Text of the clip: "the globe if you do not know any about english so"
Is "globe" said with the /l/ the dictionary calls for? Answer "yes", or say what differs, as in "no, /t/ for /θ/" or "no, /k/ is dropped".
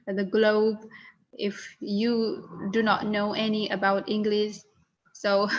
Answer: yes